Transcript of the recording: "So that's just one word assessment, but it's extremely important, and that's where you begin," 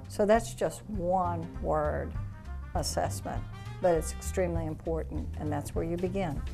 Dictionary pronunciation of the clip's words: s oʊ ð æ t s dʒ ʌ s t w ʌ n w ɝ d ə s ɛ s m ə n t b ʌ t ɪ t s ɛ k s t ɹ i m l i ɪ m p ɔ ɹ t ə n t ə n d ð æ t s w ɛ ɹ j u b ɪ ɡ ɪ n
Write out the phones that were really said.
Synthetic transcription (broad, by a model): s oʊ ð æ t s dʒ ʌ s t w ʌ n w ɝ d ə s ɛ s m ə n t b ʌ t ɪ t s ɛ k s t ɹ i m l i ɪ m p ɔ ɹ t n t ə n ð æ t s w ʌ ɹ j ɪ b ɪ ɡ ɪ n